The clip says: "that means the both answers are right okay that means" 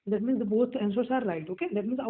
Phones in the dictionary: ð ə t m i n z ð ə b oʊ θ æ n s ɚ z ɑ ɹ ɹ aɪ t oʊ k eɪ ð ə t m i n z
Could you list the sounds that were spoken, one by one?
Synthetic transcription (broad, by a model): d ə t m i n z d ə b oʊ t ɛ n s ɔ s ɑ ɹ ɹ aɪ t oʊ k eɪ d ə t m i n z